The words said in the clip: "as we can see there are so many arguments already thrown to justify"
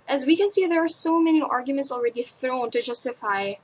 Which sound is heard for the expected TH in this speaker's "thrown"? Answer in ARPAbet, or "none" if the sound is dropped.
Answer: TH